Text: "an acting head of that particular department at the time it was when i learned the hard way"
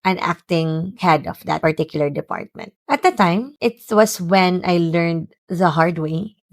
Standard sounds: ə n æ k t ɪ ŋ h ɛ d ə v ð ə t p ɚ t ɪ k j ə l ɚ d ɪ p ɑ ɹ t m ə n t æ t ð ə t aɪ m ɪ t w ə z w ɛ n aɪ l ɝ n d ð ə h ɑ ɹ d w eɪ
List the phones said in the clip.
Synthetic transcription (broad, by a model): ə n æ k t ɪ ŋ h ɛ d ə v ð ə t p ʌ t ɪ k j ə l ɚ d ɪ p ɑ ɹ t m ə n t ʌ t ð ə t aɪ m ɪ t w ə s w ɛ n aɪ l ɝ n d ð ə h ɑ ɹ d w eɪ